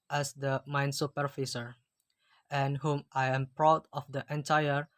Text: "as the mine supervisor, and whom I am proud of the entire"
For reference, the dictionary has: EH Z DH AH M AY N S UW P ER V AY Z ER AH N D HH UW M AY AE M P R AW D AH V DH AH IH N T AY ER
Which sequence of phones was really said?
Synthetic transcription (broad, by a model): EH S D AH M AY N S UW P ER F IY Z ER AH N HH UW M AY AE M P R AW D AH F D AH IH N T AY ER